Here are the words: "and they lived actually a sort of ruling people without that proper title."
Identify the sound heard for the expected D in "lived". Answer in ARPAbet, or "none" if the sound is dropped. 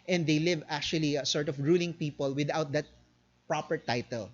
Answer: none